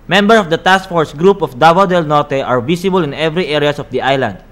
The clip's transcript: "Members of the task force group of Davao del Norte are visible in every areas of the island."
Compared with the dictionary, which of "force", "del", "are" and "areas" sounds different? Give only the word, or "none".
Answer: areas